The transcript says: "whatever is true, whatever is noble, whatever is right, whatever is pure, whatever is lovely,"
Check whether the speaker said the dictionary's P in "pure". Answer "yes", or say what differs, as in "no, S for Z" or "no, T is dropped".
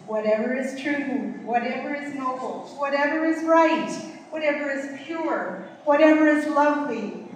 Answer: yes